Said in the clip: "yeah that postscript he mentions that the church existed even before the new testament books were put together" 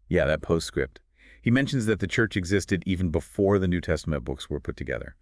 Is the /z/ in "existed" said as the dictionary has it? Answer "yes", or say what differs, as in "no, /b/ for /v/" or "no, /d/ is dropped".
yes